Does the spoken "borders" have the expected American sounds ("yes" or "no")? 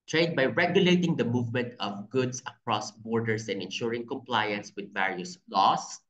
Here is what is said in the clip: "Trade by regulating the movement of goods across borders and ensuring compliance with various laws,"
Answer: no